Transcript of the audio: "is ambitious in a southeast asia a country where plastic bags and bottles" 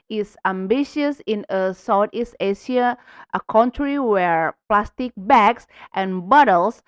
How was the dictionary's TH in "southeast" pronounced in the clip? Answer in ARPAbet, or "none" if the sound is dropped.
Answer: T